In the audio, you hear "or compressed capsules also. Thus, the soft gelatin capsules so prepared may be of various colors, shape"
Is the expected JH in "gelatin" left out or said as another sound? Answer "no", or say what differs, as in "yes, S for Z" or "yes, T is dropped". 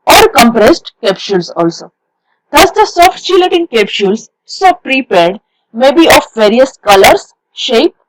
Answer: yes, CH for JH